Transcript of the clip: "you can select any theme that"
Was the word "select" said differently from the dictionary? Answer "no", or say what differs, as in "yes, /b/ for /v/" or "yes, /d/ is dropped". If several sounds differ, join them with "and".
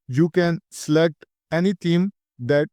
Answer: yes, /k/ is dropped